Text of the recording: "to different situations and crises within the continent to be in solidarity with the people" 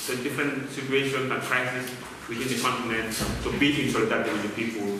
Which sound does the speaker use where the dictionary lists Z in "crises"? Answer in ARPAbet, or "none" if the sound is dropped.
S